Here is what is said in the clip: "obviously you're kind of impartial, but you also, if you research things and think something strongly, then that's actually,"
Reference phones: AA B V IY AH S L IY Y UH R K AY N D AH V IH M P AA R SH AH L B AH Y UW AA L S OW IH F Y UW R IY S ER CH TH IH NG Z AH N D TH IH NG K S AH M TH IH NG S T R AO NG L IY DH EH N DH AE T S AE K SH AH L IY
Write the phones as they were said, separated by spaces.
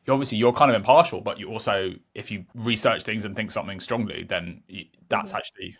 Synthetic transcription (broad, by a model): AA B V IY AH S L IY Y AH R K AY N D AH V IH M P AA SH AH L B AH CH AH AA L S OW IH F Y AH R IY S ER CH TH IH NG Z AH N TH IH NG K S AH M TH IH NG S T R AO NG L IY DH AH N DH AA T S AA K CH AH L IY